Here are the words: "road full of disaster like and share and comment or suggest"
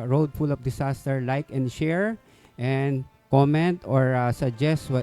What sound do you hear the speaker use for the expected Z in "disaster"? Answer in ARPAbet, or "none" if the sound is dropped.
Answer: S